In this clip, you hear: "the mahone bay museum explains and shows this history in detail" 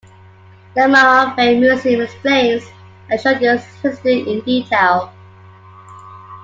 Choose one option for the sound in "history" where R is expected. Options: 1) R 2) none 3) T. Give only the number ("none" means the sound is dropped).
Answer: 2